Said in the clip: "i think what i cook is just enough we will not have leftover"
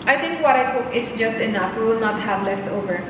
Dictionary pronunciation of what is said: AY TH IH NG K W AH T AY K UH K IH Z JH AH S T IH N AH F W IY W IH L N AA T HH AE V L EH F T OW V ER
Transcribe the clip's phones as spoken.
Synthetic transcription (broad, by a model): AY T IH NG K W AH T AY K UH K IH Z JH AH S T IH N AH F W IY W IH L N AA T HH AE V L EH F T OW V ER